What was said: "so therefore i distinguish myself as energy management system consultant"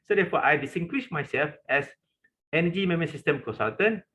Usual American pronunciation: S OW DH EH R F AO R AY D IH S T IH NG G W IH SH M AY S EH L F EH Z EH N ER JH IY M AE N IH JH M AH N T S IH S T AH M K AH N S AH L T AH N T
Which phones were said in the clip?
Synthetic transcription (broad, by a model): S OW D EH F AO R AY D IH S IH NG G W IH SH M AY S EH L F EH S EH N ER JH IY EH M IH M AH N S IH S T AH M K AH N S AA L T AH N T